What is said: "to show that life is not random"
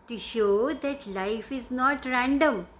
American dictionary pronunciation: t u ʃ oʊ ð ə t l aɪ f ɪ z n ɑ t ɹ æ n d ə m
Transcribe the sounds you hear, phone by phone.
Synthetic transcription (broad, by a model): t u ʃ oʊ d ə t l aɪ f ɪ z n ɑ t ɹ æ n d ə m